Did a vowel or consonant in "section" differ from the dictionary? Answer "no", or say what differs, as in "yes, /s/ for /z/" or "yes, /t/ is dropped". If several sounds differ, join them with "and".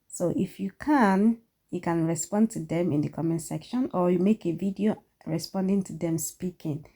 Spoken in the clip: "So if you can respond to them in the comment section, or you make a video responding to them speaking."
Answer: no